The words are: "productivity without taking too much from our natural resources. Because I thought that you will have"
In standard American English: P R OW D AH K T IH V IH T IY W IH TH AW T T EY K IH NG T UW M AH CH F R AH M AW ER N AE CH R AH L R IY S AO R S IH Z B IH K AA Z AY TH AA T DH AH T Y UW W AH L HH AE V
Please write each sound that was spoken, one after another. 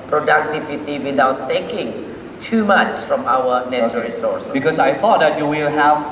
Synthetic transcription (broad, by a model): P R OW D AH K T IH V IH T IY W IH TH AW T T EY K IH NG T UW M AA CH F R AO M AW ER N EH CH AH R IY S AO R S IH B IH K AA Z AY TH AA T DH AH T Y UW W AH L HH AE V